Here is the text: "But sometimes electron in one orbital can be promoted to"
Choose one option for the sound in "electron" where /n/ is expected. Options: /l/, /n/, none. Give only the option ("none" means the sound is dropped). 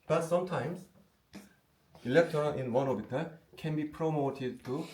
/l/